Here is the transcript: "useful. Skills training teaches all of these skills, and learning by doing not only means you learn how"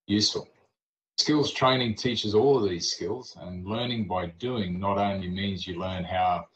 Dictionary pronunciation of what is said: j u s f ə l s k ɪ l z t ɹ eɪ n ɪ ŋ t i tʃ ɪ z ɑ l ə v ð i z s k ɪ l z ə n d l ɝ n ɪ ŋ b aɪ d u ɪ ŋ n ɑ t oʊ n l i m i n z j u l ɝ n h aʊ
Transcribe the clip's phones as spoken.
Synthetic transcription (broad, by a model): j u s f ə l s k ɪ l z t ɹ eɪ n ɪ ŋ t i tʃ ɪ z ɑ l ə v ð i z s k ɪ l z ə n l ɝ n ɪ ŋ b aɪ d u ɪ ŋ n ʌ t oʊ n l i m i n z j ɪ l ɝ n h aʊ